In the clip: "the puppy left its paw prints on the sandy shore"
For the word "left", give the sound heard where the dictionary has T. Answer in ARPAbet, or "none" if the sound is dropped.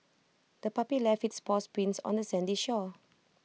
none